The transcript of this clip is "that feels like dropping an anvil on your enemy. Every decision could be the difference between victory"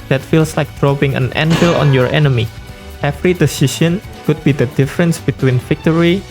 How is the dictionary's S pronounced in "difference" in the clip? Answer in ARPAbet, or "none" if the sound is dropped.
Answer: S